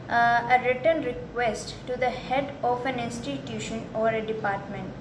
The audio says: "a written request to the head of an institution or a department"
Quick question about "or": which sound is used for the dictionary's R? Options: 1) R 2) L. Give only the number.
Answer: 1